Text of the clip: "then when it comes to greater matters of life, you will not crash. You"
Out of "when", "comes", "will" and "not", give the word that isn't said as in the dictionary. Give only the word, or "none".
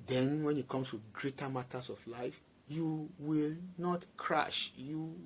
comes